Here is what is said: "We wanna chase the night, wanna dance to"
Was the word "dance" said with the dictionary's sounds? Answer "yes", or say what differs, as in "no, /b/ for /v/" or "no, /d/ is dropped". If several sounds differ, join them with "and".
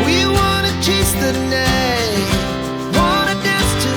no, /n/ is dropped